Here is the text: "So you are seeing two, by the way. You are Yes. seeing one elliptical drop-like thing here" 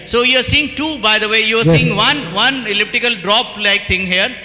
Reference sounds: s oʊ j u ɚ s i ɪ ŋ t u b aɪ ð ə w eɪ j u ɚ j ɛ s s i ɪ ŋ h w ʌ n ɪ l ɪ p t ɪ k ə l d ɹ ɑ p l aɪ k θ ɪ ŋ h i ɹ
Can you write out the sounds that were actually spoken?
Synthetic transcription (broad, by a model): s oʊ j u ɚ s i ɪ ŋ t u b aɪ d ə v eɪ j u ɚ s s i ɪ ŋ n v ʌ n ɪ l ɪ p t ɪ k ə l d ɹ ɑ p l aɪ k t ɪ ŋ h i ɹ